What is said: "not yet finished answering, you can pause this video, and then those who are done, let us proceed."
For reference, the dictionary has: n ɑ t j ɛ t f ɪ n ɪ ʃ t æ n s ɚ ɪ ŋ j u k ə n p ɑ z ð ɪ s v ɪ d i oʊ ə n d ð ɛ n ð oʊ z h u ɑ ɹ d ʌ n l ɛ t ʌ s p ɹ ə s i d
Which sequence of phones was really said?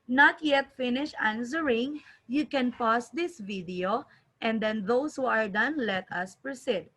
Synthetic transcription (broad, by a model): n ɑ t j ɛ t f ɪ n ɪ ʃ æ n s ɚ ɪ ŋ j u k ə n p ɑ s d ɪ s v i d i oʊ ə n d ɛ n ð oʊ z h u ɑ ɹ d ʌ n l ɛ t ʌ s p ɹ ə s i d